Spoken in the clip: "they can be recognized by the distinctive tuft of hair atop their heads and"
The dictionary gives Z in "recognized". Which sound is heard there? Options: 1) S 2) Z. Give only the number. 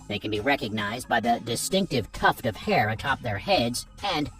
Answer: 2